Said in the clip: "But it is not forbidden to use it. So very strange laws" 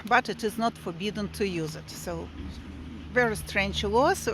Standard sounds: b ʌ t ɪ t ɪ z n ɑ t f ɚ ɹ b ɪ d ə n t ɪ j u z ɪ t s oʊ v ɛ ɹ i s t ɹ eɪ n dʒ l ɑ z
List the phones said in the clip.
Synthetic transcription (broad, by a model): b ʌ t ɪ t ɪ z n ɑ t f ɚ ɹ b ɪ d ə n t ɪ j u z ɪ t s oʊ v ɛ ɹ i s t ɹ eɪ n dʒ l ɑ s